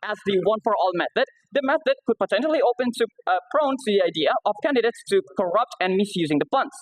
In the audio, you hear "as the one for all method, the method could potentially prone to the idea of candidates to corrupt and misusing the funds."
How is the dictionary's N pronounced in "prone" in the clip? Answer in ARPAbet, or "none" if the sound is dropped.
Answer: N